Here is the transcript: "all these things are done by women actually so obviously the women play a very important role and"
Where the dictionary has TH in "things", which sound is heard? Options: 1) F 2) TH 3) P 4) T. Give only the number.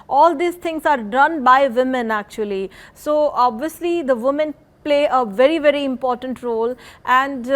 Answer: 4